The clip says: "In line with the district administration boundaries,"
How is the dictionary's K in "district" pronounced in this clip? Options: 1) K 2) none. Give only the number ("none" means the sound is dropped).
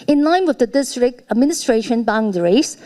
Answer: 1